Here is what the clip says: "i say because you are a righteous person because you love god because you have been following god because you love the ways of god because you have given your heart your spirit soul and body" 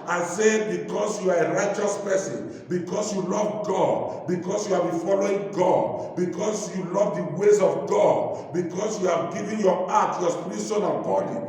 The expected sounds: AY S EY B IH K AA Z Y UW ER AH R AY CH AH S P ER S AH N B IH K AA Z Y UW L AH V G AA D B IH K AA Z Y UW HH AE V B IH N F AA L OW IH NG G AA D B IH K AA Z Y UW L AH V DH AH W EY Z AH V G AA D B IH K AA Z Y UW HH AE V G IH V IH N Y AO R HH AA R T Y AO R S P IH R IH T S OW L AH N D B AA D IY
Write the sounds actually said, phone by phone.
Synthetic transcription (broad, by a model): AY S EY B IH K AA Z Y UW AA AH R AY CH AH S P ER S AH N B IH K AA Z Y UW L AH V G AA D B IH K AA S Y UW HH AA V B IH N F AA L OW IH NG G AA D B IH K AA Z Y UW L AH V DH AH W EY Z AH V G AA D B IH K AA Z Y UW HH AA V G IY V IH N Y AO AA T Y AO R S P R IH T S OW N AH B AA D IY